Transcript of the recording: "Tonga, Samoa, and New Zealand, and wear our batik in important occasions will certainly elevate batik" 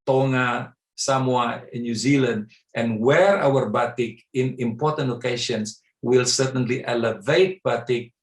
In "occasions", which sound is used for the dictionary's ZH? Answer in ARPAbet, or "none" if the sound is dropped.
SH